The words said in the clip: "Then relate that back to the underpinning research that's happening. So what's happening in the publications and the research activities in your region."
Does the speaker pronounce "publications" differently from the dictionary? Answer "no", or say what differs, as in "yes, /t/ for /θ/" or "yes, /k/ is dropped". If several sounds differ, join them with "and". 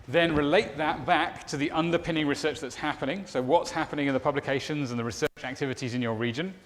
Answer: no